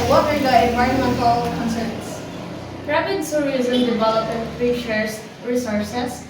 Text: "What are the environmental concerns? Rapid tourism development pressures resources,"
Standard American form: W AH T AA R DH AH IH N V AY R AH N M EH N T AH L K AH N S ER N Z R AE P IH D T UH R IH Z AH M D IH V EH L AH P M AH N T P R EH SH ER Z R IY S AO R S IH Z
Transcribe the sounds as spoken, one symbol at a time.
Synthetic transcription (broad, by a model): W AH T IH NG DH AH IH N V AY R AH N M EH N T AH L K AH N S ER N S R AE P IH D S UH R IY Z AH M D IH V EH L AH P AH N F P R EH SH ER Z R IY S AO R S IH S